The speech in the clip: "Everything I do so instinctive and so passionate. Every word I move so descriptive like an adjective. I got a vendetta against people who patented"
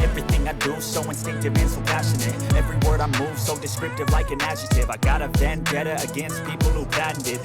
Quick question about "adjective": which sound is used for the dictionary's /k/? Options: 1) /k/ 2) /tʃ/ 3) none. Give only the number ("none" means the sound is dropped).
3